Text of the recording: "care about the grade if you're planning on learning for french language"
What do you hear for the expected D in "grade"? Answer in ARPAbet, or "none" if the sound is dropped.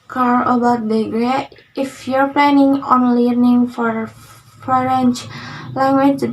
none